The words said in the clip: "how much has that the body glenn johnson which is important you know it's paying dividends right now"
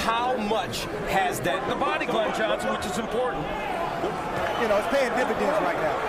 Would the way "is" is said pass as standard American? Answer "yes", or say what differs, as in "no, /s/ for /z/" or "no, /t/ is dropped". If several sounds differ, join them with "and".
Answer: yes